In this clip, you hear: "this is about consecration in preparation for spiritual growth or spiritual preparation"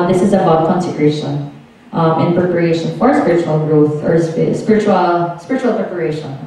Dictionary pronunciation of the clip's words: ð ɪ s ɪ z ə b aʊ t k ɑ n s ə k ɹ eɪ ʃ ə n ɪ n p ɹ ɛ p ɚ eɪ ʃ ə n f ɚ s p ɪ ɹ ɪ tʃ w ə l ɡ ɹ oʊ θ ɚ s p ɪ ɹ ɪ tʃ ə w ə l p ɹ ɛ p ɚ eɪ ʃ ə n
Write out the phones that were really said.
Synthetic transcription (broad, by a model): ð ɪ s ɪ z ə b aʊ t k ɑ n s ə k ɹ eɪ ʃ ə n ɪ n p ɹ ɛ p ɚ eɪ ʃ ə n f ɚ s p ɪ ɹ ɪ tʃ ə l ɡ ɹ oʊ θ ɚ s p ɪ ɹ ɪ tʃ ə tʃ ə l p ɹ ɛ p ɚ eɪ ʃ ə n